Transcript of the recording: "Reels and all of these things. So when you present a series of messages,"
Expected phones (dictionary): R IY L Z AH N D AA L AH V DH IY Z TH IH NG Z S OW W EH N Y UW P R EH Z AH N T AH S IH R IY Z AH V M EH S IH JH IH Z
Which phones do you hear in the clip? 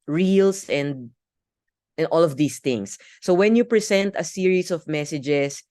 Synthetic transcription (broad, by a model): R IY L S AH N D AA L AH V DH IY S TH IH NG S OW W EH N Y UW P R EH S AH N T AH S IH R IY S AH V M EH S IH JH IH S